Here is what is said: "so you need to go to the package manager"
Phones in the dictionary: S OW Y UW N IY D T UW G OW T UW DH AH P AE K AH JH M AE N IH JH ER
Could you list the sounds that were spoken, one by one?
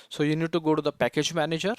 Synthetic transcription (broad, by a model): S OW Y UW N IY D T UW G OW T UW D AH P AE K AH JH M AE N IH JH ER